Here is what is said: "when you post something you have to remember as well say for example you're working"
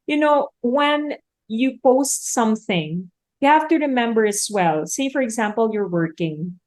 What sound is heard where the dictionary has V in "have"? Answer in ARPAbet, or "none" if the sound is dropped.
F